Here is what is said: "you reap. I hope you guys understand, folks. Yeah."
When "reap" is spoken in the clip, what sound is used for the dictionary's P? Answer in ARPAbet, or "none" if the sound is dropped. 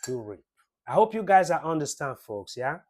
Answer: none